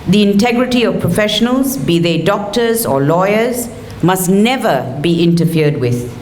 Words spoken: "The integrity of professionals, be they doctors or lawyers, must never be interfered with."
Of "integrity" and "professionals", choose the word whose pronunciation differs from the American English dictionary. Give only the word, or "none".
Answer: none